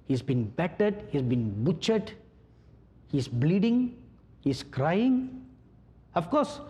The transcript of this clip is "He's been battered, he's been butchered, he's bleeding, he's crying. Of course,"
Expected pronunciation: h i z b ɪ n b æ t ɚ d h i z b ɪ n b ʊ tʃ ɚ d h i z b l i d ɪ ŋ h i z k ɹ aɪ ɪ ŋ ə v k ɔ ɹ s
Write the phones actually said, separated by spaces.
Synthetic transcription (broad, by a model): h i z b ɪ n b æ t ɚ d h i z b ɪ n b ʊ tʃ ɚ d h i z b l i d ɪ ŋ h i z k ɹ aɪ ɪ ŋ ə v k ɔ ɹ s